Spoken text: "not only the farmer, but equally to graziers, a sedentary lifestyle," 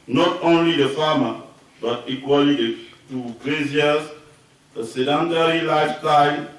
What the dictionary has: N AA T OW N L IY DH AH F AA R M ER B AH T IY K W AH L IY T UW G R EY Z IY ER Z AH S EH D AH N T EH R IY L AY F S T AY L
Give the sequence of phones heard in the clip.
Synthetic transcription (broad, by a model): N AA T OW N L IY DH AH F AA M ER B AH T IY K W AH L IY T UW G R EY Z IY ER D AH S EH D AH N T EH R IY L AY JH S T AY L